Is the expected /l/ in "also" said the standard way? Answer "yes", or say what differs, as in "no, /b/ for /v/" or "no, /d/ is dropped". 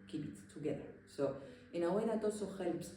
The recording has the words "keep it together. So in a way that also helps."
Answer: no, /l/ is dropped